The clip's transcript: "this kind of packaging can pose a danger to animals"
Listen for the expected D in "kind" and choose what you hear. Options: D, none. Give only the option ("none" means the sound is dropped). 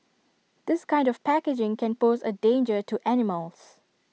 D